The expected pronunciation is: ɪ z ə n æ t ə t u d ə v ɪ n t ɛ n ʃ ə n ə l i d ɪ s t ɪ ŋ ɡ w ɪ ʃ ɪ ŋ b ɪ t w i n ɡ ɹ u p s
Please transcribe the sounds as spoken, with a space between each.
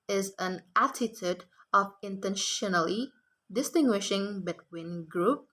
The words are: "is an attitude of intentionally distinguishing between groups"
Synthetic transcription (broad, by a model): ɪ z ə n æ t ə t u d ə v ɪ n t ɛ n ʃ ə n ə l i d ɪ s t ɪ ŋ ɡ w ɪ ʃ ɪ ŋ b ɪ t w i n ɡ ɹ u p